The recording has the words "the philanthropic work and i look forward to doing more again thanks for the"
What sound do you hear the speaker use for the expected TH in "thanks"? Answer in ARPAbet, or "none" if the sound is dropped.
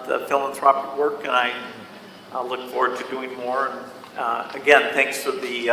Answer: TH